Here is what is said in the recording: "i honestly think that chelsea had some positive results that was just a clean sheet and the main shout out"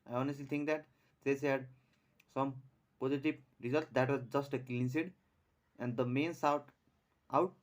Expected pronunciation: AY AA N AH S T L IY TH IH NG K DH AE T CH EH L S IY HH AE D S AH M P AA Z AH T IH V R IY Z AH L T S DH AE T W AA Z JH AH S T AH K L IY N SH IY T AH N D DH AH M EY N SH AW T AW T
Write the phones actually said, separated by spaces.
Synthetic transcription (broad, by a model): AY AA N AH S T L IY T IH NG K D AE T S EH S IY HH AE D S AH M P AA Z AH T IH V R IY Z AH L T S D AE T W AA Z JH AH S T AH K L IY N S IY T AH N D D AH M EY N S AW T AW T